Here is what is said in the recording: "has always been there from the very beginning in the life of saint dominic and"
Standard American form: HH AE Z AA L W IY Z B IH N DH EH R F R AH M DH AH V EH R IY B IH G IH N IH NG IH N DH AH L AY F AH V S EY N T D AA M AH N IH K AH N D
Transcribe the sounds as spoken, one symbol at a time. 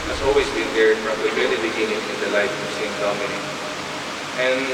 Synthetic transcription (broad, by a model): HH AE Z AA L W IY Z B IH N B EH R F R AH M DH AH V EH L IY B IH G IH N IH NG IH N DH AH L AY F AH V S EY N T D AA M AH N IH AH N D